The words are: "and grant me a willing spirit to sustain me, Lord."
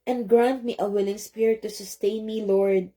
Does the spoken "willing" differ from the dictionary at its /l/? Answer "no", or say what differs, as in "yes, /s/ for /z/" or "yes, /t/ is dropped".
no